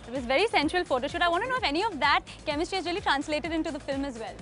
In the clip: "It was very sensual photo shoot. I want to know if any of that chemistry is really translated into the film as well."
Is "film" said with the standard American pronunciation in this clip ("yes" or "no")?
yes